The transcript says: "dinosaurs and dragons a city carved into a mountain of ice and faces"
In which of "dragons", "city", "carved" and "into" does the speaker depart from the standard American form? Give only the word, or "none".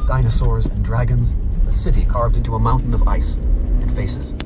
none